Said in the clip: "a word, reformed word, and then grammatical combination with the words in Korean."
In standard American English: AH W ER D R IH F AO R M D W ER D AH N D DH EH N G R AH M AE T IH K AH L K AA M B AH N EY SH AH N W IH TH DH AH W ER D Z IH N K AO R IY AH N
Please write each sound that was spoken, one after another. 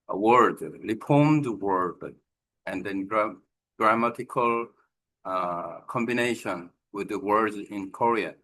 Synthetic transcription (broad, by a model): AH W ER D L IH P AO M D W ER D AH N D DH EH N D R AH M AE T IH K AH L K AA M B AH N EY SH AH N W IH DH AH W ER D Z IH N K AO R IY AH